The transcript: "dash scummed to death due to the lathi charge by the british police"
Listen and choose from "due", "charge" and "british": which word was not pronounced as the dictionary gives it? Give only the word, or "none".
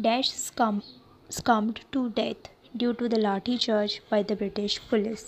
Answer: charge